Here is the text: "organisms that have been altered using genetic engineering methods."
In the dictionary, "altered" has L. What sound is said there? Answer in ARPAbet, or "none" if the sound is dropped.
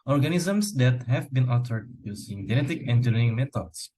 none